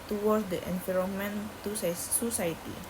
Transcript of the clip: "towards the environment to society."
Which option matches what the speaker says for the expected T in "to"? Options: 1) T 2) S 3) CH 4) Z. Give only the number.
2